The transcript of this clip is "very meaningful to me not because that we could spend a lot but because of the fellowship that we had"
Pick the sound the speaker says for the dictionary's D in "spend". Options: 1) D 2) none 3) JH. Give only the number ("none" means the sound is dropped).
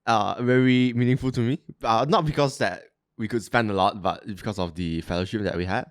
1